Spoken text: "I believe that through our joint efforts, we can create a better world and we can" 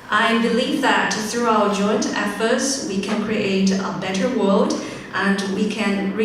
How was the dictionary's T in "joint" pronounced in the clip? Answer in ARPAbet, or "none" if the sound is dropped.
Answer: T